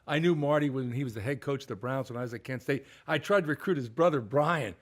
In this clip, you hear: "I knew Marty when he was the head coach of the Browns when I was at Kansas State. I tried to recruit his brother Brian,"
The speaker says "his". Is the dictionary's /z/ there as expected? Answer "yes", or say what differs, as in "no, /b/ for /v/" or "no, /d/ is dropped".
yes